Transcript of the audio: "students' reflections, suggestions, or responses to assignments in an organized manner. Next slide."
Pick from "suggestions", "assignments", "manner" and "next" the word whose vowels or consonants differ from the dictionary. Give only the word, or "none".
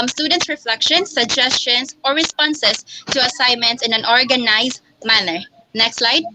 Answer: suggestions